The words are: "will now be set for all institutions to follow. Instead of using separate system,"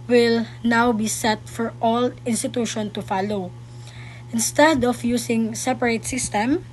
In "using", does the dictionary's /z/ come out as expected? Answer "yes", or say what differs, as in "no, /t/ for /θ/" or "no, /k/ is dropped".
no, /s/ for /z/